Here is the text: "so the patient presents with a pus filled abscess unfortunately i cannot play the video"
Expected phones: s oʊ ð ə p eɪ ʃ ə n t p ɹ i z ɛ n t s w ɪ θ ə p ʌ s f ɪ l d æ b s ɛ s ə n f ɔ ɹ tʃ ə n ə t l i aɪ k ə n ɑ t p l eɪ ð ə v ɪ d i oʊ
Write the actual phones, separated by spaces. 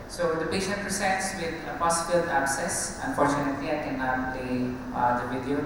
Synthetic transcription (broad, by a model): s oʊ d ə p eɪ ʃ ə n t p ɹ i s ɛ t s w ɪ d ə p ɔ s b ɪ l æ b s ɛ s ə n f ɔ ɹ tʃ ə n ə t l i aɪ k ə n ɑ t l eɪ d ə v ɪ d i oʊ